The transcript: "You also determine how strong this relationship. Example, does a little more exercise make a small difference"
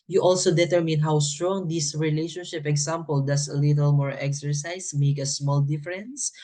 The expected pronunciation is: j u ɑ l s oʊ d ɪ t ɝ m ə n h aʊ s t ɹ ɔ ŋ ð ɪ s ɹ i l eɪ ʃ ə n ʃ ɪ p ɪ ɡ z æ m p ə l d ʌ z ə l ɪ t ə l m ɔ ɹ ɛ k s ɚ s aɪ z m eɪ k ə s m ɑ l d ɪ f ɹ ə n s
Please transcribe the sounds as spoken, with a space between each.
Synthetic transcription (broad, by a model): j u ɑ l s oʊ d ɪ t ɝ m ə n h aʊ s t ɹ ɔ ŋ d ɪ s ɹ i l eɪ ʃ ə n ʃ ɪ p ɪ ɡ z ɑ m p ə l d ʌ s ə l ɪ t ə l m ɔ ɹ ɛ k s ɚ s aɪ s m eɪ k ə s m ɑ l d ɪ f ɹ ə n s